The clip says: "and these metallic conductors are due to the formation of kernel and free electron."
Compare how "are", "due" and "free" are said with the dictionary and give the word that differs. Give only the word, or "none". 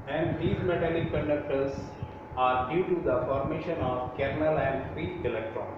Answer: free